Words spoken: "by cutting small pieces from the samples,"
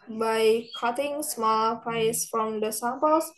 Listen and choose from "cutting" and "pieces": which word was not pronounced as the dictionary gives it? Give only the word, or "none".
pieces